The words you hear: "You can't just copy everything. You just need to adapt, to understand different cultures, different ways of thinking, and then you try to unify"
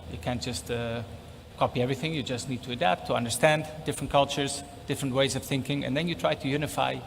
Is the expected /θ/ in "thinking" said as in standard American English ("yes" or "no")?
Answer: yes